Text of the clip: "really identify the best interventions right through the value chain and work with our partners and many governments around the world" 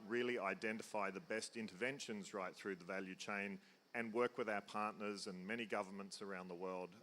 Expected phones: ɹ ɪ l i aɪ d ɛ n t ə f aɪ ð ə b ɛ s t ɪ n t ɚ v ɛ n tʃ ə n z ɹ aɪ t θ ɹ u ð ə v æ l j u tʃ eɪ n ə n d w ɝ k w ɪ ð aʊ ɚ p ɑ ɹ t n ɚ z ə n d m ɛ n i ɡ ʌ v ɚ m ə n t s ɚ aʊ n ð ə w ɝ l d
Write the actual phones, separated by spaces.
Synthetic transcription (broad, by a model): ɹ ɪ l i aɪ d ɛ n t ə f aɪ ð ə b ɛ s t ɪ n t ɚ v ɛ n ʃ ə n z ɹ aɪ t θ ɹ u ð ə v æ l j u tʃ eɪ n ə n w ɝ k w ɪ ð aʊ ɚ p ɑ ɹ t n ɚ z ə n m ɛ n i ɡ ʌ v ɚ m ə n t s ɚ aʊ n ð ə w ɝ l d